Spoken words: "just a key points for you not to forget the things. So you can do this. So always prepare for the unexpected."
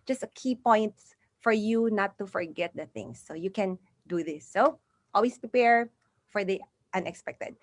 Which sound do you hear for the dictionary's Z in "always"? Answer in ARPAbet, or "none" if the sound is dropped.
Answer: S